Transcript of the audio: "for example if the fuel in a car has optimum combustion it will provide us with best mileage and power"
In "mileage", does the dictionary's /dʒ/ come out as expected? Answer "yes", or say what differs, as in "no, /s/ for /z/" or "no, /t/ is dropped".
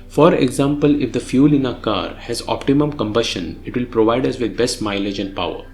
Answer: yes